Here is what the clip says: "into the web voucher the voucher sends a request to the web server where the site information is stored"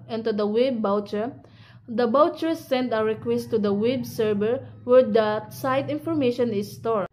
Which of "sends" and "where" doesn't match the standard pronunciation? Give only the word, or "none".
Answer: sends